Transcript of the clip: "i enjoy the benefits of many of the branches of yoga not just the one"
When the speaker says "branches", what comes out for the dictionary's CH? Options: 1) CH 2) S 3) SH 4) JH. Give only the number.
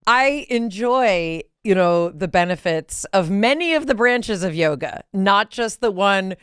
1